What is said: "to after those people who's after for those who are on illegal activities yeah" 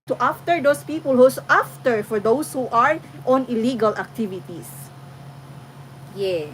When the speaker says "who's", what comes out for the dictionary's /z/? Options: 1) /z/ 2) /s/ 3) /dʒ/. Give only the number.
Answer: 2